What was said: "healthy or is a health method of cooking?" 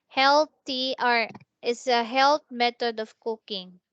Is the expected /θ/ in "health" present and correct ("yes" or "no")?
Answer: no